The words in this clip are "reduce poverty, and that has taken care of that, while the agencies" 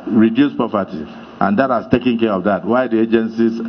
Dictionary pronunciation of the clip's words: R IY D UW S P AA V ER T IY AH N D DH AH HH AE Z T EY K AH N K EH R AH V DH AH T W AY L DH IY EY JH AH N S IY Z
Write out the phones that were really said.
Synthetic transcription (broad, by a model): R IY D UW S P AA P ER T IY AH N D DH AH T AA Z T EY K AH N K EH R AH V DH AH T W AY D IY EY JH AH N S IY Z